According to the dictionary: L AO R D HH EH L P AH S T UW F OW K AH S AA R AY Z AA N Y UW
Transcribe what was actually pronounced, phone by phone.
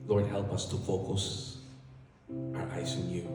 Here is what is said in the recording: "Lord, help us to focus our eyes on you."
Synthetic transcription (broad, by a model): L AO R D HH EH L P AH S T UW F OW K AH S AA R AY S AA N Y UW